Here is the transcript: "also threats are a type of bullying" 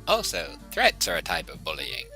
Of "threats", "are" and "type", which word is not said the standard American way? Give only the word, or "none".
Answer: none